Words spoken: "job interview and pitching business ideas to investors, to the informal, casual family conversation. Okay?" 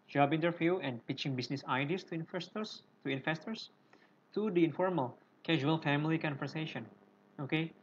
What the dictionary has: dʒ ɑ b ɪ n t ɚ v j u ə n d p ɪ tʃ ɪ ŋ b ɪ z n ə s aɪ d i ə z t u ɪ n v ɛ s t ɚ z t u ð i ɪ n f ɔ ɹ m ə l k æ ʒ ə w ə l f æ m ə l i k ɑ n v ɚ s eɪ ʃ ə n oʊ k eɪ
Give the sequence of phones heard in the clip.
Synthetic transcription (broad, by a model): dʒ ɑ b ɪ n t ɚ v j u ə n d p ɪ tʃ ɪ ŋ b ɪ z n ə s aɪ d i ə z t u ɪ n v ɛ s t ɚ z t u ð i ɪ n f ɔ ɹ m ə l k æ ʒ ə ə l f æ m ə l i k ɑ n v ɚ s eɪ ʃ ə n oʊ k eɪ